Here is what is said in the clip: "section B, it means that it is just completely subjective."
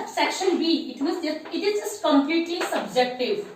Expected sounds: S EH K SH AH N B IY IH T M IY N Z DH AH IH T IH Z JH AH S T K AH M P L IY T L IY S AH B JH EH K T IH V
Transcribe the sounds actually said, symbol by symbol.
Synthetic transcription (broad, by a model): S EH K SH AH N B IY IH T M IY Z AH IH T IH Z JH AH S K AH M P L IY T L IY S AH B JH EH K T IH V